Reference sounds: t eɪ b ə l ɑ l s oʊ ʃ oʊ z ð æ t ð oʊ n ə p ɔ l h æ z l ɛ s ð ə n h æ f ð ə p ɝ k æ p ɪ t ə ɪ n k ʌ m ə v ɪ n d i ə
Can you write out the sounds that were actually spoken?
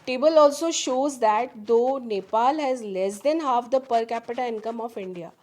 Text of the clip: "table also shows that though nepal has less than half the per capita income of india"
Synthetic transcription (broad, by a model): t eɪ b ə l ɑ l s oʊ ʃ oʊ z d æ t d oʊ n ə p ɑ l h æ z l ɛ s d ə n h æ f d ə p ɝ k æ p ɪ t ə ɪ n k ʌ m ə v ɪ n d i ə